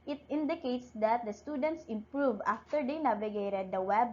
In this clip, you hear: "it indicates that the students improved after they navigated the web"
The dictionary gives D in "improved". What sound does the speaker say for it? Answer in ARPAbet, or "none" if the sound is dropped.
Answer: none